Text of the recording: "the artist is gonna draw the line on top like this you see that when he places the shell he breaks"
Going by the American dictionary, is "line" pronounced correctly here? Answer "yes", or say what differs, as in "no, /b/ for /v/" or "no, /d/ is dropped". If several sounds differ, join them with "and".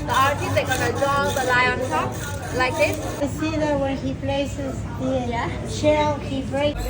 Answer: no, /n/ is dropped